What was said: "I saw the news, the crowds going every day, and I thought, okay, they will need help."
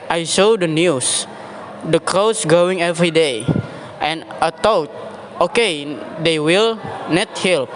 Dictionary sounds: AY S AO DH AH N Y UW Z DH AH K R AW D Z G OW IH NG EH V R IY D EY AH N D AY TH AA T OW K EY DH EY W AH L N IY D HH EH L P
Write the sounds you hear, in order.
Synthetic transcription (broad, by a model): AY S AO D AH N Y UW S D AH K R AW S G OW IH NG EH V R IY D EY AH N AY T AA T OW K EY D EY W AH L N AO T HH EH L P